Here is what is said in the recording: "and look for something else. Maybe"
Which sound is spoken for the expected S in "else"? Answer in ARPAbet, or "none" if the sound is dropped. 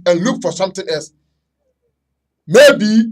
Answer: S